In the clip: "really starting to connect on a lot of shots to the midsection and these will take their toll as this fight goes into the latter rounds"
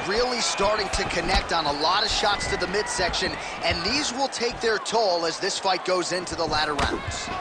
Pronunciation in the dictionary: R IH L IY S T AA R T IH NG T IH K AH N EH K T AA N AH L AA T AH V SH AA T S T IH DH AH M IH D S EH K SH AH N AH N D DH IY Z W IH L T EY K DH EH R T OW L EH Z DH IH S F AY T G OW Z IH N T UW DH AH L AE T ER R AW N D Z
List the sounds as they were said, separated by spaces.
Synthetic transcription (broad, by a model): R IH L IY S T AA R T IH NG T IH K AH N EH K T N AH L AA T AH V SH AA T S T IH DH AH M IH D S EH K SH AH N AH N DH IY Z W IH L T EY K DH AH R T OW L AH Z DH IH S F AY T G OW Z IH N T UW DH AH L AE T ER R AW N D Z